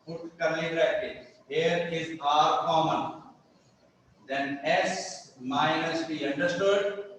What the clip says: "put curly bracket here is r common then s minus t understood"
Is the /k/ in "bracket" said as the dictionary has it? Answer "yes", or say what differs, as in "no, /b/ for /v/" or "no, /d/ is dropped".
no, /k/ is dropped